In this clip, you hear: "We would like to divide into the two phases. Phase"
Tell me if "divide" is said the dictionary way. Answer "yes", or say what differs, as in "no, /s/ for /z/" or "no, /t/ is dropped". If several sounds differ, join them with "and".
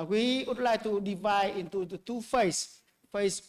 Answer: yes